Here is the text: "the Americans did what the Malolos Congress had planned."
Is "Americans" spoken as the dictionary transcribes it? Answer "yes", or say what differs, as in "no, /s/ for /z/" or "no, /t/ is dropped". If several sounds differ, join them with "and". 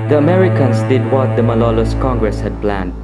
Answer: no, /s/ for /z/